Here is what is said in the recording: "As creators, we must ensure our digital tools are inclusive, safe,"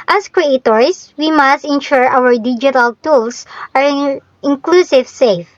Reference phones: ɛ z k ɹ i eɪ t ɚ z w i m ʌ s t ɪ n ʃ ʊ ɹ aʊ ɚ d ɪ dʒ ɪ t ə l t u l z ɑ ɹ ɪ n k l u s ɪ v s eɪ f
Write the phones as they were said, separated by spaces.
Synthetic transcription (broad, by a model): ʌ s k ɹ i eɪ t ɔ s w i m ʌ s t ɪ n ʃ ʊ ɹ aʊ ɚ d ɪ dʒ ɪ t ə l t u l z ɑ ɹ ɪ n k l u s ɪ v s eɪ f